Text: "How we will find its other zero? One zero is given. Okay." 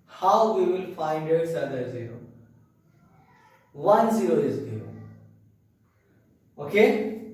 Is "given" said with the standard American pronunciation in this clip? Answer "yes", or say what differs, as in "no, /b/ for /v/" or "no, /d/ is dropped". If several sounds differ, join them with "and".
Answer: no, /n/ is dropped